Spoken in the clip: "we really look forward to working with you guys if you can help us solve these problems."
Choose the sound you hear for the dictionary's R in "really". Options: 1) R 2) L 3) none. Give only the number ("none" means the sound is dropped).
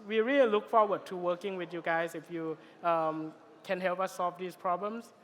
1